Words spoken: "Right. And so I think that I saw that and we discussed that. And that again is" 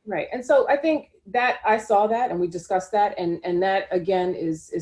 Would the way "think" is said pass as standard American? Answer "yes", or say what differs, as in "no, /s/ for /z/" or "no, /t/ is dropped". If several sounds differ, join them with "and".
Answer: yes